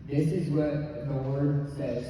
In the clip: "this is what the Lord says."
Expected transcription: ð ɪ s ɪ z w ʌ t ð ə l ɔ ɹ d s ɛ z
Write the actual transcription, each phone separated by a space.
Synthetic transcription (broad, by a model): ð ɪ s ɪ z w ʌ t ð ə w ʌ ɹ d s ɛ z